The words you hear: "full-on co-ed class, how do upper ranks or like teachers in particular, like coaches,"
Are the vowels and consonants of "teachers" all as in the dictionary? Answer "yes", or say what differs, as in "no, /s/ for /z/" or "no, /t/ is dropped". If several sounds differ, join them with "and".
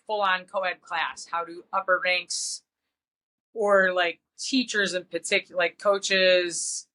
yes